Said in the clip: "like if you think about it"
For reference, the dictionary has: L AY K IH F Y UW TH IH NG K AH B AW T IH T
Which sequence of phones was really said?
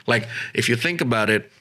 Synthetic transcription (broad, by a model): L AY K IH F Y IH TH IH NG K AH B AW T IH T